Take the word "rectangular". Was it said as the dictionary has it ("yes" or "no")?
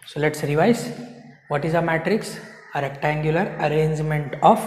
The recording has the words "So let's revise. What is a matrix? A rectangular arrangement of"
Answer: yes